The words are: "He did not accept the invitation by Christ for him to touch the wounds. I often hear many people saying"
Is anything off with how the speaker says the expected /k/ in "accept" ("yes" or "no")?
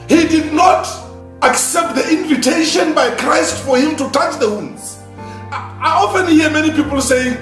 no